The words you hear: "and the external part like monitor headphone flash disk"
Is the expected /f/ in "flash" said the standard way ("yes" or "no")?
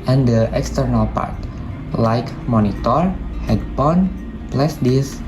no